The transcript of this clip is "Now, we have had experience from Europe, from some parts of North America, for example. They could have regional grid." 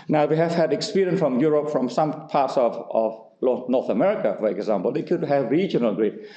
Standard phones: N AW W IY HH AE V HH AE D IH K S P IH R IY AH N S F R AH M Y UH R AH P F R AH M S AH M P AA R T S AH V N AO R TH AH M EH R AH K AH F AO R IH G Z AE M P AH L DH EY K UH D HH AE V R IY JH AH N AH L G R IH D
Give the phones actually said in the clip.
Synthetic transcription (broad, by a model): N AW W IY HH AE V HH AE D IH K S P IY R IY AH N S F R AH M Y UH R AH P F R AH M S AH M P AA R T S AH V L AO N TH AH M EH R AH K AH F AO R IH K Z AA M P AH L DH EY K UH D HH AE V R IY JH AH N AH L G R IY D